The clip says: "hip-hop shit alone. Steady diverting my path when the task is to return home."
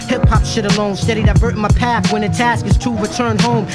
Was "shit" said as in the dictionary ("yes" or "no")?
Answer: yes